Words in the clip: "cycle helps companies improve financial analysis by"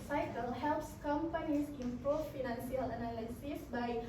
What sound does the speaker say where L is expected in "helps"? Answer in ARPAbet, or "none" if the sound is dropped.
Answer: L